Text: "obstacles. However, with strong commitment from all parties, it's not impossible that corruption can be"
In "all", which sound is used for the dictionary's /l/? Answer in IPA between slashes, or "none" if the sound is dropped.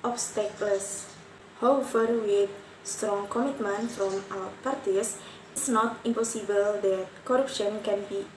/w/